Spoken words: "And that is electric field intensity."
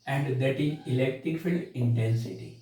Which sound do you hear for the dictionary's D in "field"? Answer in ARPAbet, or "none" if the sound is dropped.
none